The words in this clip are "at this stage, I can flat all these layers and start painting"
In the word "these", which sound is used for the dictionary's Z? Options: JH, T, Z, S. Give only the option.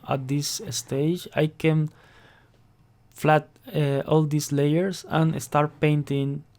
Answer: S